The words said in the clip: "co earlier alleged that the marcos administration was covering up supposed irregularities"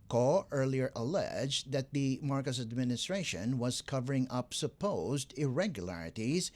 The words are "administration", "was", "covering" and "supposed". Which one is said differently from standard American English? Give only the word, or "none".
none